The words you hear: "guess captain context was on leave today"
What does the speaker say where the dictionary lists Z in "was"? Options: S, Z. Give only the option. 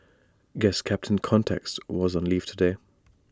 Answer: Z